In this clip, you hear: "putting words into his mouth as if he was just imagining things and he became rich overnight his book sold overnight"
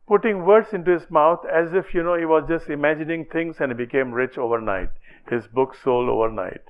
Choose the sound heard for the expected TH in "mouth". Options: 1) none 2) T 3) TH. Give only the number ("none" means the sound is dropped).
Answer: 2